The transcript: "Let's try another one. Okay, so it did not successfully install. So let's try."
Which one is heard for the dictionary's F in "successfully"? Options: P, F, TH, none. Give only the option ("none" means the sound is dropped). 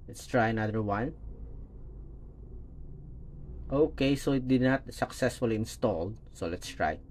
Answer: F